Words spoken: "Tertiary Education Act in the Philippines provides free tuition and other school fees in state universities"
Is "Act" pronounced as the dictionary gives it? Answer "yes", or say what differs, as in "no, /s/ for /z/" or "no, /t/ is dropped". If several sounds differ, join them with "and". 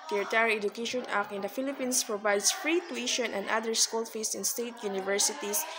no, /t/ is dropped